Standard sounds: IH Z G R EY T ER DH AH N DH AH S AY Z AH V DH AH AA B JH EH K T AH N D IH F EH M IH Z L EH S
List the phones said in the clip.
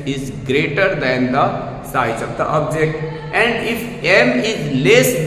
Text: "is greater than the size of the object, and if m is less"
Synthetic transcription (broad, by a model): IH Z G R EY T ER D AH N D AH S AY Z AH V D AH AA B JH EH K T AH N D IH F EH M IH Z L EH S